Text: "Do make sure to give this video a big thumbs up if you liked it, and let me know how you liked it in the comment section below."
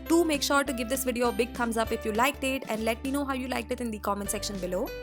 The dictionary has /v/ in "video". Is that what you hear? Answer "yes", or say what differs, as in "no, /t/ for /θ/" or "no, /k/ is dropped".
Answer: yes